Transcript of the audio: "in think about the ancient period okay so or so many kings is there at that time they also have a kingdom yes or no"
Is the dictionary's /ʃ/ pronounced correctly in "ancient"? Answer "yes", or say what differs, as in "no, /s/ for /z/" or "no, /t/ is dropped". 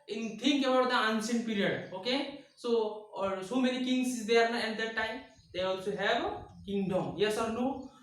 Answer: no, /s/ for /ʃ/